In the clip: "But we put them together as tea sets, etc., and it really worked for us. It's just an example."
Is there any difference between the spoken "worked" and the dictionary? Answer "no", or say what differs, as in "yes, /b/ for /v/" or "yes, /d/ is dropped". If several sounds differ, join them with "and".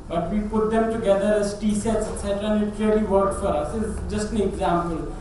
yes, /k/ is dropped